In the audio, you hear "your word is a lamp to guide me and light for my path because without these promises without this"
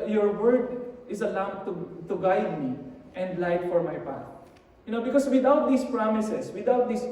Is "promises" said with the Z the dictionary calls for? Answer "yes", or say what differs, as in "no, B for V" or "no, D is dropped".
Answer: no, S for Z